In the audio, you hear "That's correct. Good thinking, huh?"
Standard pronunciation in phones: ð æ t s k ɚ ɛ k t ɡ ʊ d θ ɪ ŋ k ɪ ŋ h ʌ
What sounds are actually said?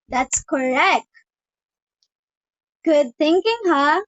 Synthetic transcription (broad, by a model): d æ t s k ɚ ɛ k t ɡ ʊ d t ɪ ŋ k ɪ ŋ h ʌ